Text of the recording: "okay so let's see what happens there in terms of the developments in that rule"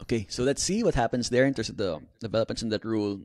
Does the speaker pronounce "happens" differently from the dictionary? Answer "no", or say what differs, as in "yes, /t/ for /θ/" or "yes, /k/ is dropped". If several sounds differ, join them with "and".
yes, /s/ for /z/